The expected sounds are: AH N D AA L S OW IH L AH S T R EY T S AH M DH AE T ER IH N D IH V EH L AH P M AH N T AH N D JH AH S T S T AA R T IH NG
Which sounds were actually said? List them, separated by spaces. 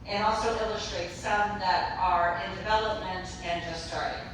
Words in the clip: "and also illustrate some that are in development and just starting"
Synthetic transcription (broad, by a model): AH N AA L S OW IH L AH S T R EY T S AH M DH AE T ER IH N D IH V EH L AH P M AH N T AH N JH AH S T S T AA R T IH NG